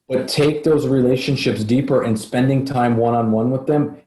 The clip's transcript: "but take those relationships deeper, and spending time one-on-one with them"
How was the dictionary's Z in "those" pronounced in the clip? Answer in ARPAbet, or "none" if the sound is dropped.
Z